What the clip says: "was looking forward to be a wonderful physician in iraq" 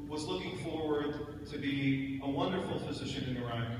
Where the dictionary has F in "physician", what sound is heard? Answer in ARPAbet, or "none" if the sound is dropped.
F